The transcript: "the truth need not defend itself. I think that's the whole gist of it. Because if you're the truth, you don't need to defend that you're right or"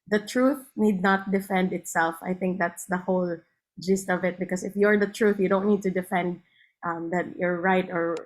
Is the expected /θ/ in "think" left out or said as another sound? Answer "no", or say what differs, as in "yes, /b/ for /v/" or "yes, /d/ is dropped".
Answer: no